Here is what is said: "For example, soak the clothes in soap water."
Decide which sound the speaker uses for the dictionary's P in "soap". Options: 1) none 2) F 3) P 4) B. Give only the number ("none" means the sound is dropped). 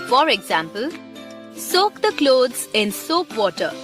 3